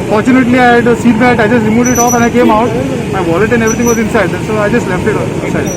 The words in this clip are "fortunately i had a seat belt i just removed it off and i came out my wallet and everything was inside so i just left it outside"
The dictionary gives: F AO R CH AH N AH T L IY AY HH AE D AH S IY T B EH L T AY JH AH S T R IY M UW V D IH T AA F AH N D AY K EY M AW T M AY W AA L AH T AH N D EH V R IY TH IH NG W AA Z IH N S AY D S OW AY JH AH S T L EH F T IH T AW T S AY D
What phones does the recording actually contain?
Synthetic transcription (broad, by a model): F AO R CH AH N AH T L IY AY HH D S IY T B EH T AY JH AH S T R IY M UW D IH T AA F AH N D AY K EY M AW T M AY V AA L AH T AH N D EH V R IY T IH NG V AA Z IH N S AY D S OW AY JH AH S T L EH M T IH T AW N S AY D